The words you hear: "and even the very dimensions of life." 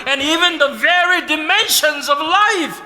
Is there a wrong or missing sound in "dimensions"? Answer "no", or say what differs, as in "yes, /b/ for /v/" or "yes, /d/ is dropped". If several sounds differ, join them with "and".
no